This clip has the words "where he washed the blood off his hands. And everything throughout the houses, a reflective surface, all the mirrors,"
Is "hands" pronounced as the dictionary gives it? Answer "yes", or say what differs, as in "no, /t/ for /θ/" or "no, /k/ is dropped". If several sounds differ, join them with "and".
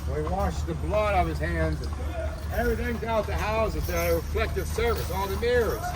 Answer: yes